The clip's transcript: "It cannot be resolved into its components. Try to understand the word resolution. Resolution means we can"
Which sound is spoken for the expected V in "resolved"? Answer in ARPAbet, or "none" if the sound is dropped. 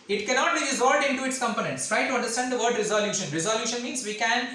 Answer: none